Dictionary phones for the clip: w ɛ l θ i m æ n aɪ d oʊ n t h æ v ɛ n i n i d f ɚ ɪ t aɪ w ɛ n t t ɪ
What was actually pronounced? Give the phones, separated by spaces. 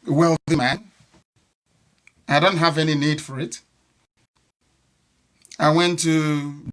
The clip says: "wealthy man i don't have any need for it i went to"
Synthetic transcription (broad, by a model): w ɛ l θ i m æ n aɪ d oʊ n t h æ v ɛ n i n i d f ɚ ɪ t aɪ w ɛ n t t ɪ